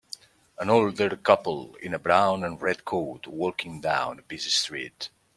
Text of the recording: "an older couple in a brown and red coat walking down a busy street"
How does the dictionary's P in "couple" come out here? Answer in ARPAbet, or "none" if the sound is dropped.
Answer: P